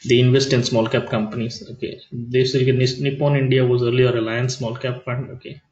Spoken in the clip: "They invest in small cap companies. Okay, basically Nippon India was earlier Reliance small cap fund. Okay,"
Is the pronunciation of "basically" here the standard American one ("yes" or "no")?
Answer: no